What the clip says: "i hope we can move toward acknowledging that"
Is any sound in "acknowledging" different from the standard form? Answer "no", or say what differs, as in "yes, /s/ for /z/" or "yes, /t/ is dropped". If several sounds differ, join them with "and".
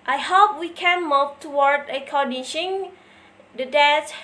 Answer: yes, /n/ is dropped and /ʃ/ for /dʒ/